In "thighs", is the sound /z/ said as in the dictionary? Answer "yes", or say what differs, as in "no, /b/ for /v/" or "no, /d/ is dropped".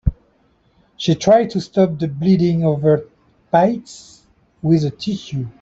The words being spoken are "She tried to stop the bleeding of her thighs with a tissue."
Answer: no, /s/ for /z/